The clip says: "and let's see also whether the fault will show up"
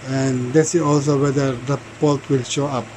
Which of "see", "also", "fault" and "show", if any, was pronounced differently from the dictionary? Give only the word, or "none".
fault